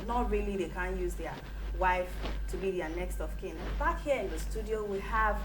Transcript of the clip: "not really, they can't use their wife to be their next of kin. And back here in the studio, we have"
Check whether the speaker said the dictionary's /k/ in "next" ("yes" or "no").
yes